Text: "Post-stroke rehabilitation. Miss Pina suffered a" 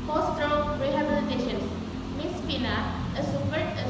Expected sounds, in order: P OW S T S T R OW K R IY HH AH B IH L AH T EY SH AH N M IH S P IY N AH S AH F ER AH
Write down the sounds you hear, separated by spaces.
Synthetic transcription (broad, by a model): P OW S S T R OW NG R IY HH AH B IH L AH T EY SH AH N M IH S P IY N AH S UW P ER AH